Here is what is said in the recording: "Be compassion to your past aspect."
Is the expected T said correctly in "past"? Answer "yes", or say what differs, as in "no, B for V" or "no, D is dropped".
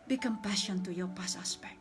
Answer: no, T is dropped